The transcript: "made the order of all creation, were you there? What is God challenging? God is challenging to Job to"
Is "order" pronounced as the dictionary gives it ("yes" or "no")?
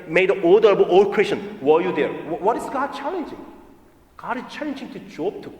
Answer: no